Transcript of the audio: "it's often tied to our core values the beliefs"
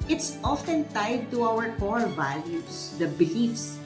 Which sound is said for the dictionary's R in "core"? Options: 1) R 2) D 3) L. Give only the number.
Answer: 3